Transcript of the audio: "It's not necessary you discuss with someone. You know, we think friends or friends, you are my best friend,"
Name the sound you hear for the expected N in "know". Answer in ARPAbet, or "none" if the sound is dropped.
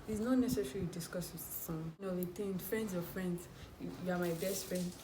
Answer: L